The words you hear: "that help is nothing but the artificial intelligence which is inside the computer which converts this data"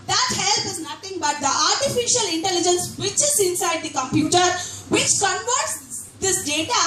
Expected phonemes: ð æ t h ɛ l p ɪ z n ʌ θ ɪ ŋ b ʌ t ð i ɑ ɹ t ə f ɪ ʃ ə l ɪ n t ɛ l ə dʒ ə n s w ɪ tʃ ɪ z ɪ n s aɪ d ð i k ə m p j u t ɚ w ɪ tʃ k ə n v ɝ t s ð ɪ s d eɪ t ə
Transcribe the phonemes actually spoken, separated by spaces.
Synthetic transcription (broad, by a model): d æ t h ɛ l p ɪ z n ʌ t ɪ ŋ b ʌ t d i ɑ ɹ t ə f ɪ ʃ ə l ɪ n t ɛ l ə dʒ ə n s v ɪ tʃ ɪ z ɪ n s aɪ d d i k ə m p j u t ɚ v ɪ tʃ k ə n v ɝ t s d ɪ s d eɪ t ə